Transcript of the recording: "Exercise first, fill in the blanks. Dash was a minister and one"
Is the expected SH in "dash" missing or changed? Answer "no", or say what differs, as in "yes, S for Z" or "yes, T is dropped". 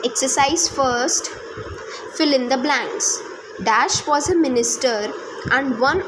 no